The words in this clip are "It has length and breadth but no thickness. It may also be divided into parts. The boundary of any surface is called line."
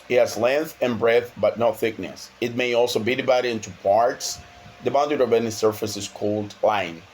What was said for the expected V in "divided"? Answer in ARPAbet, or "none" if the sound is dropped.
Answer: B